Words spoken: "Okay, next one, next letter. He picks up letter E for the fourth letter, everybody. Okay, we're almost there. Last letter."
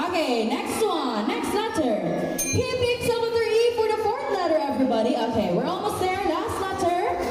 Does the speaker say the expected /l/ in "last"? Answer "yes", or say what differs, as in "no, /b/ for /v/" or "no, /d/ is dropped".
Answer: no, /n/ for /l/